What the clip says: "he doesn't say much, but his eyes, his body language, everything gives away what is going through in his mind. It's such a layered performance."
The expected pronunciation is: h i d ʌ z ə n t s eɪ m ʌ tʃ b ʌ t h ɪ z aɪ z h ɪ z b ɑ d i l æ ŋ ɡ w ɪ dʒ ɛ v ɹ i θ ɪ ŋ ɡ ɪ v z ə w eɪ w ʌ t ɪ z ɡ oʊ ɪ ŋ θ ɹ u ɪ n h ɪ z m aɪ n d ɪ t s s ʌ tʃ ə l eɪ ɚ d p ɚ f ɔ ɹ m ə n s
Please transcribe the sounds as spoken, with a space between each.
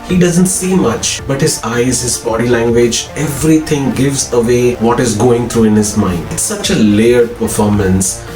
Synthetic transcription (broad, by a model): h i d ʌ z ə n t s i m ʌ tʃ b ʌ t h ɪ z aɪ z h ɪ z b ɑ d i l æ ŋ ɡ w ɪ dʒ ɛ v ɹ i t ɪ ŋ ɡ ɪ v z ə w eɪ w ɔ t ɪ z ɡ oʊ ɪ ŋ t ɹ u ɪ n h ɪ z m aɪ n d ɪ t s s ʌ tʃ ə l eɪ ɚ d p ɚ f ɔ ɹ m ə n s